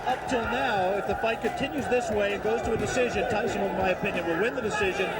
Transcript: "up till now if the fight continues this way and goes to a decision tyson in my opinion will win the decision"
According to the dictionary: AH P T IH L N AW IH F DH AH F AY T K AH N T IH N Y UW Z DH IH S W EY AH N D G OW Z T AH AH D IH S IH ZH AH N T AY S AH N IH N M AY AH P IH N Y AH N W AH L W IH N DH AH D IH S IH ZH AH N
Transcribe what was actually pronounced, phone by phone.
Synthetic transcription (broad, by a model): AH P T IH L N AW IH F DH AH F AY T K AH N T IH N Y UW Z DH IH S W EY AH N G OW Z T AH AH D IH S IH ZH AH N T AY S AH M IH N M AY AH P IH N Y AH N W AH L W IH N DH AH D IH S IH ZH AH N